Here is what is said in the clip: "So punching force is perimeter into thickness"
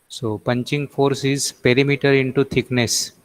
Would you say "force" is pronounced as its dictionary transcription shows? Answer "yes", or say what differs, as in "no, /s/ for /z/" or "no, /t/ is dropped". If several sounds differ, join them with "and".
yes